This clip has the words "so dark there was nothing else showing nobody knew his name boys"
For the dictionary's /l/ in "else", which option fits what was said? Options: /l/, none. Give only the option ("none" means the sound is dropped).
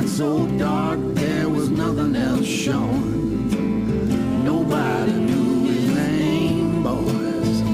/l/